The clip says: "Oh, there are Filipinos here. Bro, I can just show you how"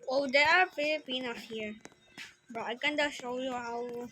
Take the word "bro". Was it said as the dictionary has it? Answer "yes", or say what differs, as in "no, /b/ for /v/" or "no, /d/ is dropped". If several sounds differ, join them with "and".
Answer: no, /ɹ/ is dropped